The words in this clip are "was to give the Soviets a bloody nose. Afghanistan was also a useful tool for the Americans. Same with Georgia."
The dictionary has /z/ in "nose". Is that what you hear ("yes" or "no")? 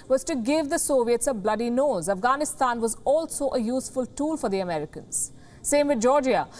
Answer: yes